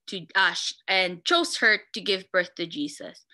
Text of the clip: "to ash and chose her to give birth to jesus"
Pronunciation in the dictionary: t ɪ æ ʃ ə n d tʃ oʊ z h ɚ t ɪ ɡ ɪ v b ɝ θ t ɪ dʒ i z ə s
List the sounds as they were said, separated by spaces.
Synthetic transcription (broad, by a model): t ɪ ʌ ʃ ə n tʃ oʊ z h ɚ t ɪ ɡ ɪ v b ɝ θ t ɪ dʒ i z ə s